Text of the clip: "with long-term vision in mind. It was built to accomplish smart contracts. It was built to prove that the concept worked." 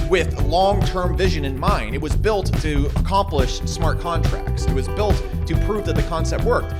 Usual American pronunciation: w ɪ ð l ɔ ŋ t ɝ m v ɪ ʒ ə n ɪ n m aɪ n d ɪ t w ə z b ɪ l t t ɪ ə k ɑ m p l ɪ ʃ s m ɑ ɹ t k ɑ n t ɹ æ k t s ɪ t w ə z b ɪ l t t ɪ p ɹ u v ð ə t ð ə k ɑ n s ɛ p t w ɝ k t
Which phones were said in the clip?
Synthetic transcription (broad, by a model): w ɪ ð l ɔ ŋ t ɝ m v ɪ ʒ ə n ɪ n m aɪ n d ɪ t w ə z b ɪ l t t ɪ ə k ɑ m p l ɪ ʃ s m ɑ ɹ t k ɑ n t ɹ æ k t s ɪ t w ə z b ɪ l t t ɪ p ɹ u v ð ə t ð ə k ɑ n s ɛ p t w ɝ k t